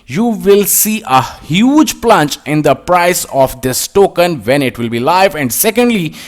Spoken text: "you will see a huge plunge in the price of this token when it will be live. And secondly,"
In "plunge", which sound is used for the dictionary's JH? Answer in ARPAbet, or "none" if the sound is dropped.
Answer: CH